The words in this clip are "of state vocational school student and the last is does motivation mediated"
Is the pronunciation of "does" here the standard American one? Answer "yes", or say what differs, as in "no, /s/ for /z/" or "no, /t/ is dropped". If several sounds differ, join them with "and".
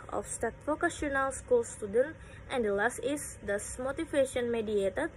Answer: no, /s/ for /z/